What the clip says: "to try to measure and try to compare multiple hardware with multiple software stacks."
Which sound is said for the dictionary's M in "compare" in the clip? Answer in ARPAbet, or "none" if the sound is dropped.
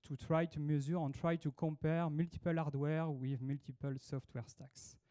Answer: none